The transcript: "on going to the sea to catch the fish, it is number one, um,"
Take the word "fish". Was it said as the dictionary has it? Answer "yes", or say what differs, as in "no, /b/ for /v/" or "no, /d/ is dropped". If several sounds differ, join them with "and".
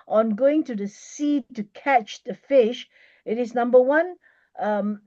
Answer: yes